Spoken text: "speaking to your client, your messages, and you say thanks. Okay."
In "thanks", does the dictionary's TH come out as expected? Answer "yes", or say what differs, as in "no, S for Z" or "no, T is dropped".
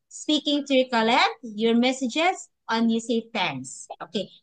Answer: no, T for TH